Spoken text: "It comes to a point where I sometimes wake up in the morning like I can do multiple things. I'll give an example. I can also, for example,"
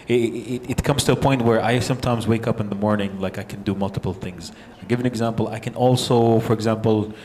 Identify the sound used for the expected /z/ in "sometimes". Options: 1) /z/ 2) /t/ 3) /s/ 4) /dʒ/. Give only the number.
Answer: 1